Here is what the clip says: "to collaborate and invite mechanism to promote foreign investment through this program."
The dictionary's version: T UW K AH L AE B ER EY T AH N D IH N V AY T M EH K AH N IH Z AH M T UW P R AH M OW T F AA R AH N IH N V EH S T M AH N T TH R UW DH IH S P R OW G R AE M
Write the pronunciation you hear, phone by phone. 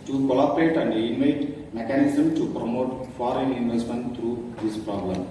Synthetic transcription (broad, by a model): T UW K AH L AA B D EY T AH N D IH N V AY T M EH K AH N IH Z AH M T UW P R AH M OW T F AA R AH N IH N V EH S T M AH N T T R UW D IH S P R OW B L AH M